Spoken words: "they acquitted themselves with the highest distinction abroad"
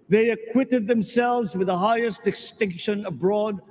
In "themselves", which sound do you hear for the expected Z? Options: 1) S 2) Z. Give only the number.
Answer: 2